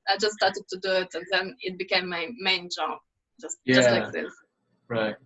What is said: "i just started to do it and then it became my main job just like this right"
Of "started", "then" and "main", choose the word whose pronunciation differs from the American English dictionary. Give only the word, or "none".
none